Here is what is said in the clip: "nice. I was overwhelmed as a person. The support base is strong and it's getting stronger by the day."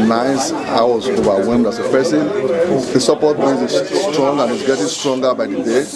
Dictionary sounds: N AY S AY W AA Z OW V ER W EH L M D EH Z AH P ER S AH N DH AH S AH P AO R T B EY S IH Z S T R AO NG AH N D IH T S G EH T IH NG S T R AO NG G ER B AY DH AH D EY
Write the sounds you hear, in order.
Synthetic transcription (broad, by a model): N AY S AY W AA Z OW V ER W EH M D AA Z AH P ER S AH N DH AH S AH P AO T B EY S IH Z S T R AO NG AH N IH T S G EH T IH NG S T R AO NG G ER B AY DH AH D EY